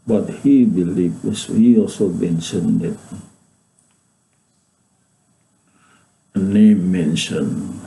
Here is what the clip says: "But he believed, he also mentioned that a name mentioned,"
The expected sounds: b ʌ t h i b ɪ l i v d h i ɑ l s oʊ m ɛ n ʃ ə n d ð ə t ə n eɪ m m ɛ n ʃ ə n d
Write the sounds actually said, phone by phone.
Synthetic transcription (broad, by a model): b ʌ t h i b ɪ l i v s h i ɑ l s oʊ m ɛ n ʃ ə n d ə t ə n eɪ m m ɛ n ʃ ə n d